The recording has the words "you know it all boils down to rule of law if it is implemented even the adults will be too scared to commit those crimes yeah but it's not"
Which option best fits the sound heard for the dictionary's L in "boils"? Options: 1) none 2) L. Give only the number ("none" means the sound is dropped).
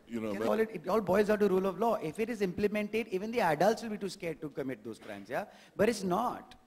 1